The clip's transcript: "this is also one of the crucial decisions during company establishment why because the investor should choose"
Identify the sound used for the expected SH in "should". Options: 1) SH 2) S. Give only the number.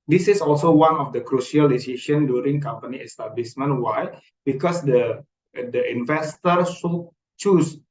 2